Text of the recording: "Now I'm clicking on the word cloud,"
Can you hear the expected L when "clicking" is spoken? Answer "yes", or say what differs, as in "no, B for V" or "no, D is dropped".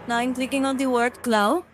yes